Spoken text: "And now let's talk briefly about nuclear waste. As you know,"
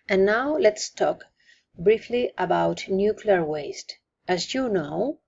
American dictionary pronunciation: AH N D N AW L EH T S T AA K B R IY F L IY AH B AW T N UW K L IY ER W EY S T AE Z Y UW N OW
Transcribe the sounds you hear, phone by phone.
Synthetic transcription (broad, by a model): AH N N AW L EH T S T AA K B R IY F L IY AH B AW T N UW K L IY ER W EY S T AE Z Y UW N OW